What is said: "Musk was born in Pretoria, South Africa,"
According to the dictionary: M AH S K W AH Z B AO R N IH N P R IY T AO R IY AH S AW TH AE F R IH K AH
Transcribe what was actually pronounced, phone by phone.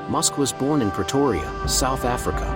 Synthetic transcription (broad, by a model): M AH S K W AH Z B AO R N IH N P R IY T AO R IY AH S AW TH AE F R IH K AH